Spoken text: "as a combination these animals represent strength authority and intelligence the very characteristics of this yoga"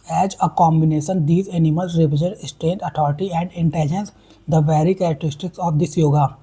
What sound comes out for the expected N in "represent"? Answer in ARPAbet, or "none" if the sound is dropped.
none